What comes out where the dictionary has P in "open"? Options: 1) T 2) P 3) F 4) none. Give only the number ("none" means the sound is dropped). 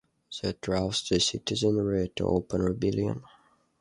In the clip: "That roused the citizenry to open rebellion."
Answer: 2